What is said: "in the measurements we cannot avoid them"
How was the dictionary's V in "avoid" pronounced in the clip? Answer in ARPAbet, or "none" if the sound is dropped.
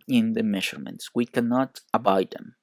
B